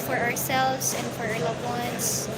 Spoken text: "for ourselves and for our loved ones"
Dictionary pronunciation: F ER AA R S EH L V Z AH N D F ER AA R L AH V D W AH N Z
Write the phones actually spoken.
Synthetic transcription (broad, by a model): F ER AA R S EH L V Z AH N F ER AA R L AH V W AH N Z